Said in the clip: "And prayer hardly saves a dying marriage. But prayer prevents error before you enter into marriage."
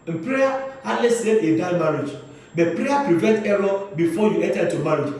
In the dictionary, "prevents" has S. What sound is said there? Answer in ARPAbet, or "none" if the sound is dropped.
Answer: none